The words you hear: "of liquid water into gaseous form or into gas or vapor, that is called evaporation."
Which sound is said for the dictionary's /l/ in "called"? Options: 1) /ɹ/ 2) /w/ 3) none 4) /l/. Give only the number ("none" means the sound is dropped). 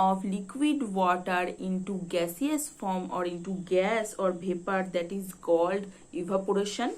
4